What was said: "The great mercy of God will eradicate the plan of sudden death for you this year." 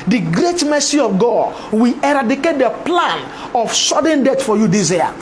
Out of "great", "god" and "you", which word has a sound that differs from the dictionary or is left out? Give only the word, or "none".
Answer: none